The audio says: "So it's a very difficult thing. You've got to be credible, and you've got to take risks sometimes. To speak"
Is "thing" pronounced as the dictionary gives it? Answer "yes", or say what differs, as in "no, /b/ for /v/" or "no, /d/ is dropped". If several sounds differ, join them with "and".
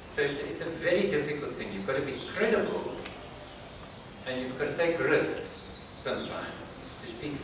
yes